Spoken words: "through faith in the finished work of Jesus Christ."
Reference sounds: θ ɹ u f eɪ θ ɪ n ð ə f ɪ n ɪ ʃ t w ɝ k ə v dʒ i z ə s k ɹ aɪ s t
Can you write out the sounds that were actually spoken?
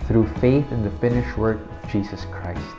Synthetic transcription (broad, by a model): θ ɹ u f eɪ θ ɪ n ð ə f ɪ n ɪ ʃ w ɝ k ə v dʒ i z ə s k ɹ aɪ s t